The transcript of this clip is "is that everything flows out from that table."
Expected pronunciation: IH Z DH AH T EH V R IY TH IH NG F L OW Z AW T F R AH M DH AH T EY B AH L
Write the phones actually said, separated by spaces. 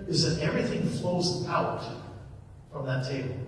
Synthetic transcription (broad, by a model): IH Z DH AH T EH V R IY TH IH NG F L OW Z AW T F R AH M DH AH T EY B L